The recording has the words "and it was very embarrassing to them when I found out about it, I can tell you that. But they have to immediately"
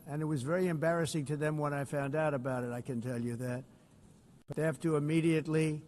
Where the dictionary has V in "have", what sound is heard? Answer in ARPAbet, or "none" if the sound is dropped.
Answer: F